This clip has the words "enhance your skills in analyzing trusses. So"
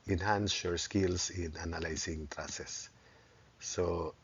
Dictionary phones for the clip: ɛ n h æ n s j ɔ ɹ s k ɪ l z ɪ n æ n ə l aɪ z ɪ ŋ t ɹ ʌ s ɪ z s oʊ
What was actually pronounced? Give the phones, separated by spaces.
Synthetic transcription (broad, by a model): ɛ n h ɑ n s j ɔ ɹ s k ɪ l s ɪ n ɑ n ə l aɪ s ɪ ŋ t ɹ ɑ s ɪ s oʊ